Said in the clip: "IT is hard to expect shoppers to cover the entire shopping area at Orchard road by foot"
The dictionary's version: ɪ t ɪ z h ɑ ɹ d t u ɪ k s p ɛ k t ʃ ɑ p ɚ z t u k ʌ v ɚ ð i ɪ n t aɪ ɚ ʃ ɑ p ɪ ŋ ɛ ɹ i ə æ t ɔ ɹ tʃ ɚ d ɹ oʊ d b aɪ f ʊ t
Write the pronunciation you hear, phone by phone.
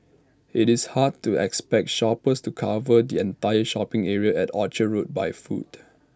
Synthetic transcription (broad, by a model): ɪ t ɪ s h ɑ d t u ɪ k s p ɛ k t ʃ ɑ p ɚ s t u k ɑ v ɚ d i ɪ n t aɪ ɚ ʃ ɑ p ɪ ŋ ɛ ɹ i ə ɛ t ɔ tʃ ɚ ɹ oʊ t b aɪ f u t